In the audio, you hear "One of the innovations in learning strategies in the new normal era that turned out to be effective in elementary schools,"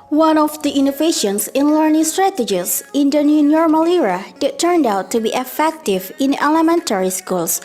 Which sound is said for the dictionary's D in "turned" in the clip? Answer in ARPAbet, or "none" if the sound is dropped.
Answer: D